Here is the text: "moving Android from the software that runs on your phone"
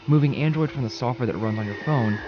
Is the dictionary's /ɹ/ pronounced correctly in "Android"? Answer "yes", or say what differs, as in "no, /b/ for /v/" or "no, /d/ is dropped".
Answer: yes